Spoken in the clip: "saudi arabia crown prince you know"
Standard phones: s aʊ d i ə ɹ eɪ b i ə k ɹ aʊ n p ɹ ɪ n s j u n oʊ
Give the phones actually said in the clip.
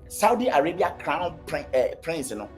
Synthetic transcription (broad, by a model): s aʊ d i ə ɹ eɪ b i ə k ɹ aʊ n p ɹ ɪ n s n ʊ